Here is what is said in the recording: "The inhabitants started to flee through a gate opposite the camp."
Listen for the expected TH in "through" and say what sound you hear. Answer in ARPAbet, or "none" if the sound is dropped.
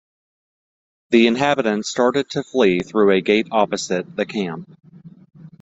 TH